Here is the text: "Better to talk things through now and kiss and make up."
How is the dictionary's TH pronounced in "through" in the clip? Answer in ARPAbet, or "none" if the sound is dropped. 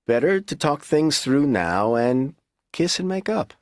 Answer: TH